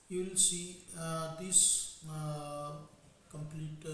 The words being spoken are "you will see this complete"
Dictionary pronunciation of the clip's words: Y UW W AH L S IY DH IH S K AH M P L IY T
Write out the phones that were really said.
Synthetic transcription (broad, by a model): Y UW W AH L S IY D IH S K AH M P L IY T